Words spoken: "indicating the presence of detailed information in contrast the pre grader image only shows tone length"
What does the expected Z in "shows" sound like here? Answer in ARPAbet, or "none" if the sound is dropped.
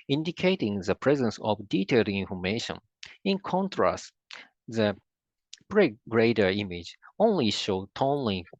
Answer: none